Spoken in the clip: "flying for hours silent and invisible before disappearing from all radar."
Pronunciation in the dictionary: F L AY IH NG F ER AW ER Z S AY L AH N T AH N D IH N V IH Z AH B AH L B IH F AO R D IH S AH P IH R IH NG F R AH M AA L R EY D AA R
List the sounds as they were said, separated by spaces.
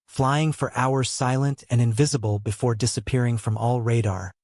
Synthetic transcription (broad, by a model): F L AY IH NG F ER AW ER Z S AY L AH N T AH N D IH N V IH Z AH B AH L B IH F AO R D IH S AH P IH R IH NG F R AH M AA L R EY D AA R